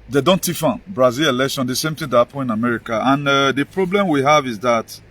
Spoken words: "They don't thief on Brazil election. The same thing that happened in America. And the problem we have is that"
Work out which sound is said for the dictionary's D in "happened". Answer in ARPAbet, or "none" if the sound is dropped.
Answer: none